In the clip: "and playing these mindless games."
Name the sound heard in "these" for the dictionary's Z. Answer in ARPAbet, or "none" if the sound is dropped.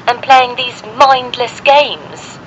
Z